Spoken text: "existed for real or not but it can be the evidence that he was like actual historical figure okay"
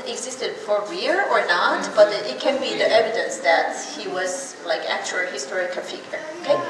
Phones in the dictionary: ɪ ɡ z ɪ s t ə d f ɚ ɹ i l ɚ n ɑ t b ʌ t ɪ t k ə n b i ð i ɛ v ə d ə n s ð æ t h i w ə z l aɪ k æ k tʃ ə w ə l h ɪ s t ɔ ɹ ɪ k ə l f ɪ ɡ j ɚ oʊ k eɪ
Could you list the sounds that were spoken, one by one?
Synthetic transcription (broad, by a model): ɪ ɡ z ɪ s t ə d f ɚ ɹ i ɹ ɚ n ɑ t b ʌ t ɪ t k ə n b i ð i ɛ v ə d ə n s ð æ t h i w ə z l aɪ k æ k tʃ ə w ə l h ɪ s t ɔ ɹ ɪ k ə n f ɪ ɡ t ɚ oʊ k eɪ